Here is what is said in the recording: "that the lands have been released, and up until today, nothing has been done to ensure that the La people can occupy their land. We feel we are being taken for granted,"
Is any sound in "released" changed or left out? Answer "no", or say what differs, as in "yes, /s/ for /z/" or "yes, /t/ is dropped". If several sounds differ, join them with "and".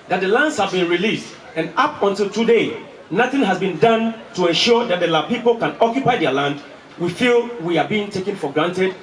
no